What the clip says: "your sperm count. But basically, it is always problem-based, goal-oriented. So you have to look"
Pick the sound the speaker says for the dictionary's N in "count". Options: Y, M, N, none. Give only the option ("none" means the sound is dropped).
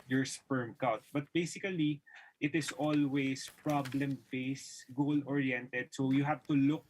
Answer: none